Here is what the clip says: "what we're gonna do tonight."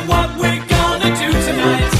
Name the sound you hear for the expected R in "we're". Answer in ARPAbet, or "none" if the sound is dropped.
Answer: R